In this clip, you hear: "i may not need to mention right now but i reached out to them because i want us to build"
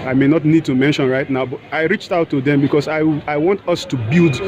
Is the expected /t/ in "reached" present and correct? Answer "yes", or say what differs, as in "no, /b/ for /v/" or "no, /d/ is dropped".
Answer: yes